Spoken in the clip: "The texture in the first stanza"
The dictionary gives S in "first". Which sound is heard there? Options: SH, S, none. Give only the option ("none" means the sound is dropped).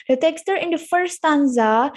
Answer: none